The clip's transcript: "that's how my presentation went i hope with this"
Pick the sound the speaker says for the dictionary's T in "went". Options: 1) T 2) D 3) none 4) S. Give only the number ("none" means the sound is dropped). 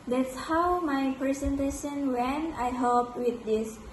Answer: 3